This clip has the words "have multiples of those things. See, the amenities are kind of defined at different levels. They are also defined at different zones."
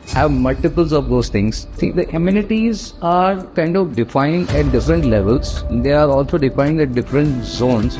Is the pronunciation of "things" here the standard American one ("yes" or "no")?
no